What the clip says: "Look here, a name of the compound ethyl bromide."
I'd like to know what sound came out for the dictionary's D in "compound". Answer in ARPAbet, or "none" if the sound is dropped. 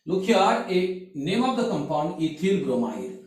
none